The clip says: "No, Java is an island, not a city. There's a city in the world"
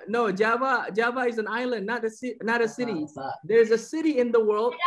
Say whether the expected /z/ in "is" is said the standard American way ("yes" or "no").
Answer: yes